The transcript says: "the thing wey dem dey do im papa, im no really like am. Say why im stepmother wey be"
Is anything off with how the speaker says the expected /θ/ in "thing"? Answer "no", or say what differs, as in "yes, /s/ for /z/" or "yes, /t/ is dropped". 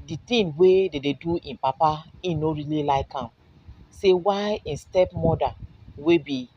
yes, /t/ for /θ/